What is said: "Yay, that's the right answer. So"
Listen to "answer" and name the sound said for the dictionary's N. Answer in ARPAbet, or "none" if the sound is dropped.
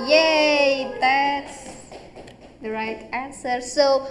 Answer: N